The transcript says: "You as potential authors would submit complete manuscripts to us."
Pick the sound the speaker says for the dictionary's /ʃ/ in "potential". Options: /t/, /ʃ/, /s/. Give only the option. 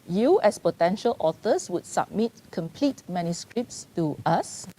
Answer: /ʃ/